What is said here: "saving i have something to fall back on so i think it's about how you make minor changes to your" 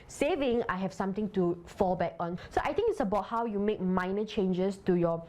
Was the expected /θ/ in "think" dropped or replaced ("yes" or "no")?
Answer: yes